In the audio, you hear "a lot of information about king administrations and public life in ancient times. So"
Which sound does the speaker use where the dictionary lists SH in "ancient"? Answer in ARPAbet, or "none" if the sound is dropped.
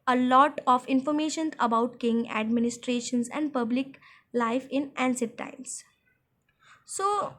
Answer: S